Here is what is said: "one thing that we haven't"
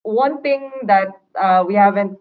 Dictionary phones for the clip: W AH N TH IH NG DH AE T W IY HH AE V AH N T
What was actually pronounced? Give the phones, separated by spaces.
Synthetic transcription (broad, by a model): W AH N T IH NG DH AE T W IY HH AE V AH N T